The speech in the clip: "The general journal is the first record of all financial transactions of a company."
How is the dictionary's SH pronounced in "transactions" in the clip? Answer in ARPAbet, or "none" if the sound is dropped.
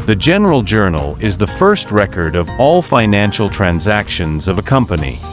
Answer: SH